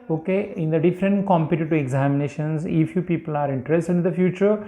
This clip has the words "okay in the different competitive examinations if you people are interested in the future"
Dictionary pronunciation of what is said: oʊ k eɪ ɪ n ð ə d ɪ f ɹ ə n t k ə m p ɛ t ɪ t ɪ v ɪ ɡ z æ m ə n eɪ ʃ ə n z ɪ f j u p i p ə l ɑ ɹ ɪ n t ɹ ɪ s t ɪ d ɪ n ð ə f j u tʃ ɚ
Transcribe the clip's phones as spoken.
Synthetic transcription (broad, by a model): oʊ k eɪ ɪ n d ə d ɪ f ɹ ə n t k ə m p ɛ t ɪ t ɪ ɪ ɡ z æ m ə n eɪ ʃ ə n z ɪ f j u p i p ə l ɑ ɹ ɪ n t ɹ ɪ s t ɪ d ɪ n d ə f j u tʃ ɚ